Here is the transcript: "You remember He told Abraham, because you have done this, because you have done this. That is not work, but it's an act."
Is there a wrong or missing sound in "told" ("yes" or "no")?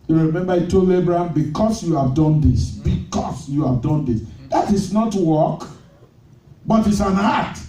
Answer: yes